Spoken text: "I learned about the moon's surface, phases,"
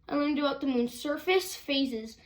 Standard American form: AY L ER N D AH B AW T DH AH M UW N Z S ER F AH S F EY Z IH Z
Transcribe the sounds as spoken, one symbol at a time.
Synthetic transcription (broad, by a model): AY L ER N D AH AW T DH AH M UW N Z S ER F AH S F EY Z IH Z